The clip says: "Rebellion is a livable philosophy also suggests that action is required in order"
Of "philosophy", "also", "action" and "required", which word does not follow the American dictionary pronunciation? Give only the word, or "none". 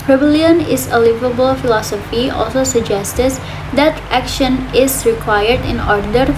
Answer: none